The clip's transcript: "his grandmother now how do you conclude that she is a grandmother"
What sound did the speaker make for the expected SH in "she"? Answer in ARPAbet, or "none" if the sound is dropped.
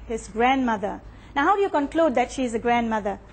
SH